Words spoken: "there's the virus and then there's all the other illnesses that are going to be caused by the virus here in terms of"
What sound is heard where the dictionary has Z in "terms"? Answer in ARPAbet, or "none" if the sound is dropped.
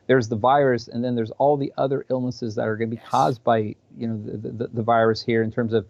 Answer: Z